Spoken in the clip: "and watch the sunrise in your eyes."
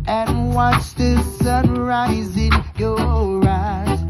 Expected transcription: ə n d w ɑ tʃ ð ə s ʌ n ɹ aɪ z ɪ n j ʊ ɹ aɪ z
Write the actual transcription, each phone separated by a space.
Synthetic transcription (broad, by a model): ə n w ɑ tʃ ð ə s ʌ n ɹ aɪ z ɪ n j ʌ ɹ aɪ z